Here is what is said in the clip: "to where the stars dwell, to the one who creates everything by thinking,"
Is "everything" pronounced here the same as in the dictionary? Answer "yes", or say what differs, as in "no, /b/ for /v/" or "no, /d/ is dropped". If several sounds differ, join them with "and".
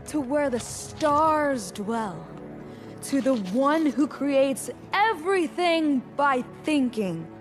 yes